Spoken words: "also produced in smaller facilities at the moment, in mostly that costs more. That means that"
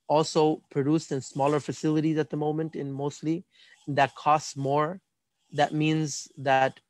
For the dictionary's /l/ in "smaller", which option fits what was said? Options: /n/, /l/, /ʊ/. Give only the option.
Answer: /l/